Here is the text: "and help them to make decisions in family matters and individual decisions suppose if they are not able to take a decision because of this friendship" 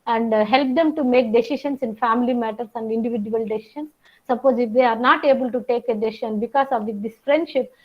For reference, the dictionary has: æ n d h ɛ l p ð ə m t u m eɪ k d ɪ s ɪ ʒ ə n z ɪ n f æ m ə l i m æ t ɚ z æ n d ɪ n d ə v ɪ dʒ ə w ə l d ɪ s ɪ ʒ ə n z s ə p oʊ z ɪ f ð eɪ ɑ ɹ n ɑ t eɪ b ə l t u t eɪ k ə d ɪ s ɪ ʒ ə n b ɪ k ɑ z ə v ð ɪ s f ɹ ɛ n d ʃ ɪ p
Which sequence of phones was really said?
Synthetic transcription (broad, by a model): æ n d h ɛ l p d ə m t u m eɪ k d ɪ s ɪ ʃ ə n s ɪ n f æ m ə l i m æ t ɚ s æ n d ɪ n d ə v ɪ dʒ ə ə l d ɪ s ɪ ʃ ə n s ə p oʊ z ɪ f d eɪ ɑ ɹ n ɑ t eɪ b ə l t u t eɪ k ə d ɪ s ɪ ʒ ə n b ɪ k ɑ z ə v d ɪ s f ɹ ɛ n d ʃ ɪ p